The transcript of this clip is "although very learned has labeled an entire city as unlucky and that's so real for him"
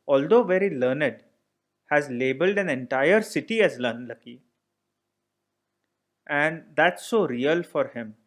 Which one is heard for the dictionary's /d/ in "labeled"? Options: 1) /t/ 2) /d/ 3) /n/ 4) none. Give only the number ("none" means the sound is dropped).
2